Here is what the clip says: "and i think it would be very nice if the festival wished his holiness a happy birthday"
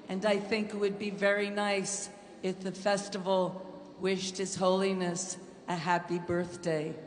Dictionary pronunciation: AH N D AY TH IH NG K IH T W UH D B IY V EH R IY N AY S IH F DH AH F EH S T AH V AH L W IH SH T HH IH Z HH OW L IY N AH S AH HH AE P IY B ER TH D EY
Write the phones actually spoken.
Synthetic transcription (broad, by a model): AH N AY TH IH NG K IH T W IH D B IY V EH R IY N AY S IH F DH AH F EH S T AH V L W IH SH T HH IH Z HH OW L IY N AH S AH HH AE P IY B ER TH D EY